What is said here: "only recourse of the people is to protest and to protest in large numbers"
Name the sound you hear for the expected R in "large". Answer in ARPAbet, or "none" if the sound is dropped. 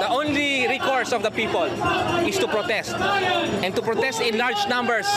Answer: R